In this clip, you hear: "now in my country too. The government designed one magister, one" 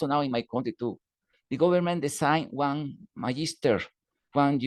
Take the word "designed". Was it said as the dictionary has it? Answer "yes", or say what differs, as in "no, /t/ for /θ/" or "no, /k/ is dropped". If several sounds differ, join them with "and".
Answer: no, /s/ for /z/